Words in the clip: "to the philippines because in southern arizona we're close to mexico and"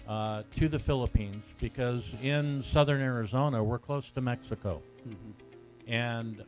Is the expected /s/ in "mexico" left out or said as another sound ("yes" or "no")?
no